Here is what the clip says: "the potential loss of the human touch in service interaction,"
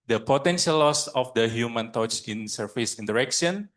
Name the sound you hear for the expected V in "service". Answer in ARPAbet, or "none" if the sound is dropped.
F